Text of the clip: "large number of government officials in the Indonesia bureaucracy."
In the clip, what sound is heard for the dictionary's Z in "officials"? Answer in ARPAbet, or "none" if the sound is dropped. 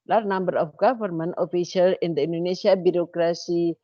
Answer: none